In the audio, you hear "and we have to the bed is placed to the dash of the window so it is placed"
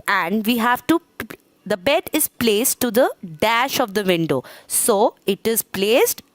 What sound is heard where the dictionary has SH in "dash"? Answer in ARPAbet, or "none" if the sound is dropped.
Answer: SH